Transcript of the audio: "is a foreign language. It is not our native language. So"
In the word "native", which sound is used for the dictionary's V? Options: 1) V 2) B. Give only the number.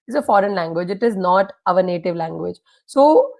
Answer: 1